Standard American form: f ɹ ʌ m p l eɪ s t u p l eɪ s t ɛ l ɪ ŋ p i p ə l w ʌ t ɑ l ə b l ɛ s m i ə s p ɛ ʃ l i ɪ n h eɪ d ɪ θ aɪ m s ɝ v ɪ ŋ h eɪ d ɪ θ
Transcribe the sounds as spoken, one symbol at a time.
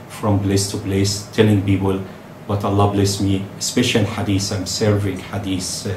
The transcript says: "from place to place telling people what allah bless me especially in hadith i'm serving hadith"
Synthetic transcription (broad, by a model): f ɹ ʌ m b l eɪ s t u b l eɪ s t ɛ l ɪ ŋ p i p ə l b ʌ t ɑ l ə b l ɛ s m i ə s p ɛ ʃ i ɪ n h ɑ d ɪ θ aɪ m s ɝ v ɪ ŋ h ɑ d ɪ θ